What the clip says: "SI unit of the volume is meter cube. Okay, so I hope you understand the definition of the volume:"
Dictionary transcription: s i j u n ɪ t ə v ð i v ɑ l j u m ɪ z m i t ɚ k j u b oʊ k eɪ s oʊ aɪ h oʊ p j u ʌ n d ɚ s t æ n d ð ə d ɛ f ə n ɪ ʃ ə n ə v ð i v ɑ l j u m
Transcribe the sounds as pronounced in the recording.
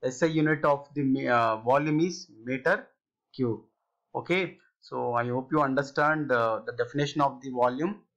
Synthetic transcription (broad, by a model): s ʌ j u n ɪ t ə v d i v ɑ l j u m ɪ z m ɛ t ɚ k j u oʊ k eɪ s oʊ aɪ h oʊ p j u ʌ n d ɚ s t æ n d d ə d ɛ f ə n ɪ ʃ ə n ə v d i v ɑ l j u m